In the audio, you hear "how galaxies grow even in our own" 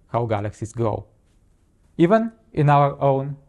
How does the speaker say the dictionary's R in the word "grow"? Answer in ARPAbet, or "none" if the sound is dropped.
none